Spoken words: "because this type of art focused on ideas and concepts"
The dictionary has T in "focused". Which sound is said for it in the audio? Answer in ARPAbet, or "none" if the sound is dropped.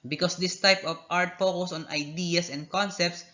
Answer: none